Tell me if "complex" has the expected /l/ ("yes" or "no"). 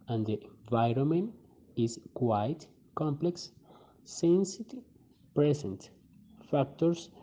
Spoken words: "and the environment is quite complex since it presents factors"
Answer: yes